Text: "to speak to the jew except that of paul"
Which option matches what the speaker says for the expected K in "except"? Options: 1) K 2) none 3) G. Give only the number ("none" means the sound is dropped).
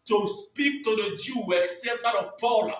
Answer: 2